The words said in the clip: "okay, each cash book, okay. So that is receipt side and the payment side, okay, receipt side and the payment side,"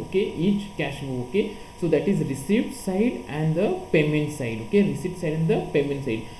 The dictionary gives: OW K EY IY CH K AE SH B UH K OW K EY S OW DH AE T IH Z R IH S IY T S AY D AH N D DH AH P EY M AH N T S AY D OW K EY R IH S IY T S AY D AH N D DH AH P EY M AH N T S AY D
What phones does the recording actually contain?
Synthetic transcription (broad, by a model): OW K EY IY CH K AE SH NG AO OW K EY S OW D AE T IH Z R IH S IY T S AY D AH N D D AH P EY M AH N T S AY D OW K EY R IH S IY T S AY D AH N D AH P EY M AH N T S AY D